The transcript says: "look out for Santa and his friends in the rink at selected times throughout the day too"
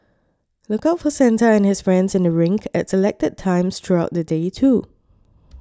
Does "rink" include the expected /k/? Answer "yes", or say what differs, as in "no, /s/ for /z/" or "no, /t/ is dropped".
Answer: yes